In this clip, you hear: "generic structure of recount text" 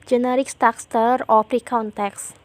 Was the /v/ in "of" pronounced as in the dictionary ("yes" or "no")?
no